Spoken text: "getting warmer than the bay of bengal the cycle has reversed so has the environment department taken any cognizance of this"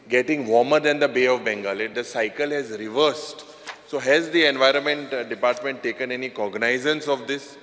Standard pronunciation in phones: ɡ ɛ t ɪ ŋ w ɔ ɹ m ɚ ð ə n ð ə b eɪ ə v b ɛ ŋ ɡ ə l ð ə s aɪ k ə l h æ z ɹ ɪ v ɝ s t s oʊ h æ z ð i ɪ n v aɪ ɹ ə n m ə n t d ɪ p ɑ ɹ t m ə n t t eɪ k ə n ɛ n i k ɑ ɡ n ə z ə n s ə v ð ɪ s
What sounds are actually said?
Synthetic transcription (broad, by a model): ɡ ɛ t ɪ ŋ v ɔ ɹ m ɚ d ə n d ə b eɪ ə v b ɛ ŋ ɡ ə l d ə s aɪ k ə l h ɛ z ɹ ɪ v ɝ s t s oʊ h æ z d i ɪ n v aɪ ɹ ə n m ə n t d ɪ p ɑ ɹ t m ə n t t eɪ k ə n ɛ n i k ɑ ɡ n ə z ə n s ə v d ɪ s